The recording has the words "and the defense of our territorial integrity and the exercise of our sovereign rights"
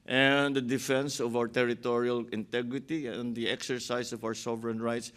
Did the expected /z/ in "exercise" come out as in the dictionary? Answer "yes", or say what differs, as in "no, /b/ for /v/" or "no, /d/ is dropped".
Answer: no, /s/ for /z/